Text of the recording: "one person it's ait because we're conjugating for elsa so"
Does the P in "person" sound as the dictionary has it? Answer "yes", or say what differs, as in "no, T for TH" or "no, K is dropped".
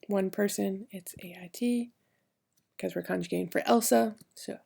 yes